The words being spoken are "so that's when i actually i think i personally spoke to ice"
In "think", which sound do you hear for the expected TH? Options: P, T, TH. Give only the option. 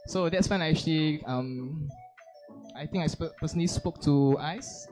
T